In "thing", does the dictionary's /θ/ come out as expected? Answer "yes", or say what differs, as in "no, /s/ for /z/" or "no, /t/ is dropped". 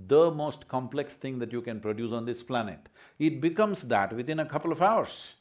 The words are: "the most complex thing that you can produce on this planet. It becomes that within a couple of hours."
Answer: no, /t/ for /θ/